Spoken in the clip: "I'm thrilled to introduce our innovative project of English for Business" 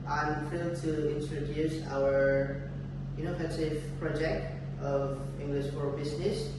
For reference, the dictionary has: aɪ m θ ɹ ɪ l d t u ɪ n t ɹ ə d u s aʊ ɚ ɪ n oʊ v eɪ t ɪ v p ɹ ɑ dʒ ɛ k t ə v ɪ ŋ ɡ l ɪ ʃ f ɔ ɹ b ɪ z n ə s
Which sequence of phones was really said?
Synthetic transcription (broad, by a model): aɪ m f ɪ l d t u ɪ n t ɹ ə d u s aʊ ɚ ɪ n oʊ f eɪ s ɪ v p ɹ ɑ dʒ ɛ k t ə v ɪ ŋ ɡ l ɪ ʃ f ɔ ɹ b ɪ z n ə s